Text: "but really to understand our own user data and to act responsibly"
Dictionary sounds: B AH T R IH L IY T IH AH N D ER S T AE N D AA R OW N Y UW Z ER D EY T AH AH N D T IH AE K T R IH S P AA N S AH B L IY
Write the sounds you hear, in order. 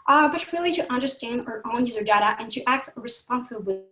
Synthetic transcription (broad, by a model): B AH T R IH L IY T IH AH N D ER S T AE N D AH R OW N Y UW Z ER D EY T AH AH N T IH AE K T R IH S P AA N S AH B L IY